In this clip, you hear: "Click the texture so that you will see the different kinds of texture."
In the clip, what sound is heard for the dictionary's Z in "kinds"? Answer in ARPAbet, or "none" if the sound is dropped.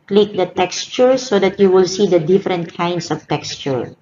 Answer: S